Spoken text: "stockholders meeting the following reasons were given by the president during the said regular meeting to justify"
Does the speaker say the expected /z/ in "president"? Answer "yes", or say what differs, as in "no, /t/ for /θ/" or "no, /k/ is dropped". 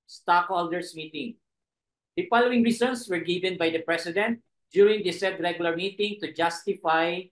no, /s/ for /z/